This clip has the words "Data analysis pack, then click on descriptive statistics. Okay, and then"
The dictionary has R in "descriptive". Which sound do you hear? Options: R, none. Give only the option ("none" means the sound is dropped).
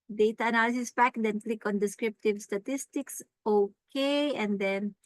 R